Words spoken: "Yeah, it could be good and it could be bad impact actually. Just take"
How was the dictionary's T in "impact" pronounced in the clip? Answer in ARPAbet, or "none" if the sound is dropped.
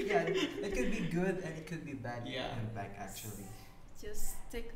none